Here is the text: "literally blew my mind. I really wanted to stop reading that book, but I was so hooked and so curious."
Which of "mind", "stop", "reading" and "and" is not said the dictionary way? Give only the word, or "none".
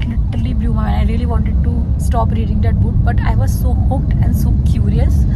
mind